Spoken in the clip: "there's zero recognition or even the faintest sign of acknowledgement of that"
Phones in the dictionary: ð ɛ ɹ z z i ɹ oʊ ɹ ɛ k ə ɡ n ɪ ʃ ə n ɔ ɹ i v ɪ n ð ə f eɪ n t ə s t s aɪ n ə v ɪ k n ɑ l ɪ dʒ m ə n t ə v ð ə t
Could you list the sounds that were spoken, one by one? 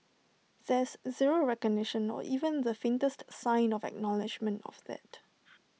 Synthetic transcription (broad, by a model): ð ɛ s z z i ɹ oʊ ɹ ɛ k ə ɡ n ɪ ʃ ə n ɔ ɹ i v ɪ n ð ə f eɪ n t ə s t s aɪ n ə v ɪ k n ɑ l ɪ dʒ m ə n t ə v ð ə t